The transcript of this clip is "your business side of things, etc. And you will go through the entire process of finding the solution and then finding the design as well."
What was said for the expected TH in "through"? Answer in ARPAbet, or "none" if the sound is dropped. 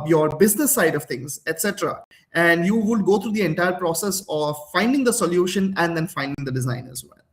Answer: T